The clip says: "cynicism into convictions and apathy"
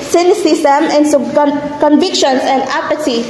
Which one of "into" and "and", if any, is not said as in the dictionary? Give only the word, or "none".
into